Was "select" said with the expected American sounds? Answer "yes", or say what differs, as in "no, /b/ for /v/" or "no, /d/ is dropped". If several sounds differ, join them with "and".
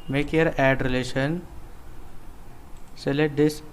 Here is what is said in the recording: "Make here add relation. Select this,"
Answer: no, /k/ is dropped